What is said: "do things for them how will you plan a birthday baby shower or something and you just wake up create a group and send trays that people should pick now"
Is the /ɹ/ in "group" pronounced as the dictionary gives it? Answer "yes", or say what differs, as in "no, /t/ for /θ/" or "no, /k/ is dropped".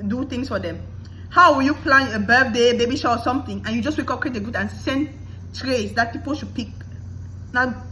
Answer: no, /ɹ/ is dropped